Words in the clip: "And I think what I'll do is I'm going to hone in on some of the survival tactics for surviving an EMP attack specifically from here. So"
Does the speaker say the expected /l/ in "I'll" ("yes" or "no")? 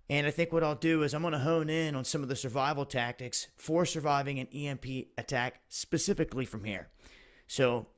yes